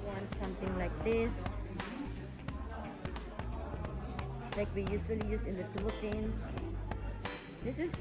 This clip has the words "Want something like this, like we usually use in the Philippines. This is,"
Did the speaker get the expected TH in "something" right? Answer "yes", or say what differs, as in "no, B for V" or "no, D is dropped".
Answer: no, T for TH